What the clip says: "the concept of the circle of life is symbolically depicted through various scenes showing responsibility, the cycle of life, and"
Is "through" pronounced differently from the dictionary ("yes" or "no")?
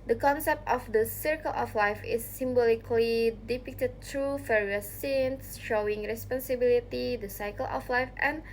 yes